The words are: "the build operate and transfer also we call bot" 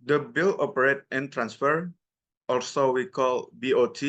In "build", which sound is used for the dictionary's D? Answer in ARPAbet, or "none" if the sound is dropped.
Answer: none